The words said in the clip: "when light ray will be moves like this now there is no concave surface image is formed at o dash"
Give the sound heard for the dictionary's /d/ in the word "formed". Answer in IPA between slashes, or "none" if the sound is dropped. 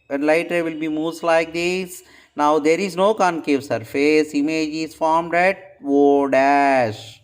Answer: /d/